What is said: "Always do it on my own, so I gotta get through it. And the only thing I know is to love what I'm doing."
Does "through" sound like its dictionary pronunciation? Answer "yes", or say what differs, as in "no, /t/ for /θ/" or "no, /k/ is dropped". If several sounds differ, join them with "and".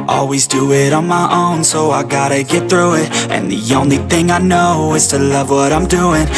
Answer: yes